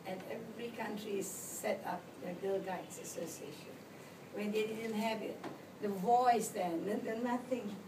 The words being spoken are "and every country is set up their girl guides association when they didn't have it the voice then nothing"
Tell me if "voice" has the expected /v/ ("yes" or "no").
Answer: yes